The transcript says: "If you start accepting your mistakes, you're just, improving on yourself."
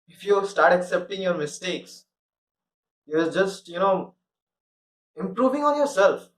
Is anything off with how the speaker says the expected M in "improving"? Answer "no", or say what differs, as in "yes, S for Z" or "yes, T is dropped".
no